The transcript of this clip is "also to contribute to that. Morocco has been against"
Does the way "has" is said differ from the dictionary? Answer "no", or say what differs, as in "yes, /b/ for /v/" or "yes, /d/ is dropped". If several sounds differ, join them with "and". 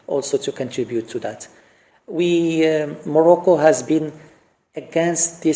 no